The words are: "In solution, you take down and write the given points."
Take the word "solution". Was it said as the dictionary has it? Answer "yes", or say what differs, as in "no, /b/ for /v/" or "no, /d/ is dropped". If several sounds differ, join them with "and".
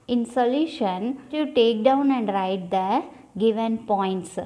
yes